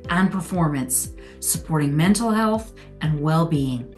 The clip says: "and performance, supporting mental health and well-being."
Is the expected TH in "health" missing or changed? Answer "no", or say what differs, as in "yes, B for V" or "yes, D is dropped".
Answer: no